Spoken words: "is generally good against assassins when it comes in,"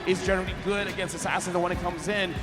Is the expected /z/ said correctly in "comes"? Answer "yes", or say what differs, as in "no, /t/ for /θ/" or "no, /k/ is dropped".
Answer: yes